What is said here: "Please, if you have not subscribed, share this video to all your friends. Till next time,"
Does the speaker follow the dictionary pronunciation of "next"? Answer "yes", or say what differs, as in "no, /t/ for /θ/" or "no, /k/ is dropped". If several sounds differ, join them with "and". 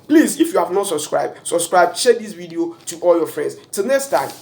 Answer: yes